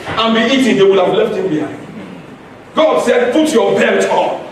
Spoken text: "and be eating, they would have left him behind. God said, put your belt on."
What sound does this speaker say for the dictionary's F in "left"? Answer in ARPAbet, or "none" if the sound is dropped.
F